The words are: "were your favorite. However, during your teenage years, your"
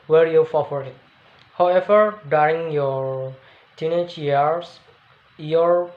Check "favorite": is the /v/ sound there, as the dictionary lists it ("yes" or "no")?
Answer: no